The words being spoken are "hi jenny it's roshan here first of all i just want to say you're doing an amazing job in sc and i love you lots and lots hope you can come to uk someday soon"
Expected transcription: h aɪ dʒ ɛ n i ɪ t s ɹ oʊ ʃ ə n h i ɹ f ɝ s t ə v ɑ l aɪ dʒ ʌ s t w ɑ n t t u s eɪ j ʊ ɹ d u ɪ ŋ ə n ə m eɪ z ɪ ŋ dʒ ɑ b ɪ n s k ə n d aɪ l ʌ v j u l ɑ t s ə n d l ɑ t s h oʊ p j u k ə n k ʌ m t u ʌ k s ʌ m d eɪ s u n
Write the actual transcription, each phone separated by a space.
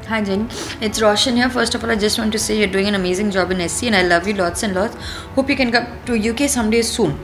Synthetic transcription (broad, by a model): h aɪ dʒ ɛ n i ɪ t s ɹ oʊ ʃ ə n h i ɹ f ɝ s t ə f ɑ l aɪ dʒ ʌ s t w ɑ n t t u s eɪ j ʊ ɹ d u ɪ ŋ ə n ə m eɪ z ɪ ŋ dʒ ɑ b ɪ n s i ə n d aɪ l ʌ v j u l ɑ t s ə n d l ɑ t s h oʊ p j u k ə n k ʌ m t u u k s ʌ m d eɪ s u n